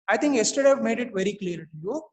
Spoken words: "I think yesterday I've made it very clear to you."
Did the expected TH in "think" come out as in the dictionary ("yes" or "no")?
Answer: no